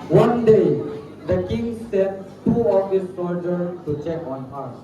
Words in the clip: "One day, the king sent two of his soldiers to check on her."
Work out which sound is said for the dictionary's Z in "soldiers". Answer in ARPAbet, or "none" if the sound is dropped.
none